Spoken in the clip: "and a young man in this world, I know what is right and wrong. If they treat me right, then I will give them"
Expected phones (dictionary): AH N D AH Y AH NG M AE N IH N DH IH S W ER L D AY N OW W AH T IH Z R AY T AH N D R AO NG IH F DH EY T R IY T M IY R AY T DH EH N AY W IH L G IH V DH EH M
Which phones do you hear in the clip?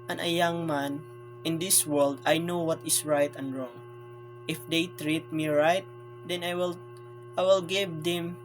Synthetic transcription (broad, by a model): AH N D AH Y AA NG M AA N IH N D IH S W ER L D AY N OW W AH T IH S R AY T AH N D R AO NG IH F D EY T R IY T M IY R AY T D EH N AY W IH L G IH V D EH M